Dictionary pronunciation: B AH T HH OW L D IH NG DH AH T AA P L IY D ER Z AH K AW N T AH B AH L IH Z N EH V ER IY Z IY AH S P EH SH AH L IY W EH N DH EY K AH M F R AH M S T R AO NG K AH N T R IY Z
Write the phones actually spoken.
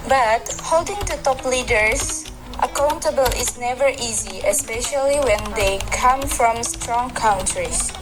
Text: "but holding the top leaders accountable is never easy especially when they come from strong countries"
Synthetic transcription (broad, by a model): B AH T HH OW L D IH NG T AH T AA P L IY D ER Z AH K AW N T AH B AH L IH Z N EH V ER IY Z IY AH S P EH SH AH L IY W EH N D EY K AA M F R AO M S T R AO NG K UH N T R IY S